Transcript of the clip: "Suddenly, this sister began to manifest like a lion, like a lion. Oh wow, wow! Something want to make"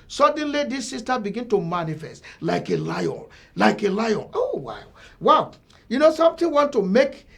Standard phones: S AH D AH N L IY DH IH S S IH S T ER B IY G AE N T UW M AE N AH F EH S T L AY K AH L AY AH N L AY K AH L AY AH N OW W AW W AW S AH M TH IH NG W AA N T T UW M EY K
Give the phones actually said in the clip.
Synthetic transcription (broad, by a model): S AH D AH N L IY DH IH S S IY S T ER B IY G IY N T UW M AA N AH F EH S T L AY K AH L AY AH N L AY K AH L AY AH N OW W AW W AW S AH M T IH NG W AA N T T UW M EY K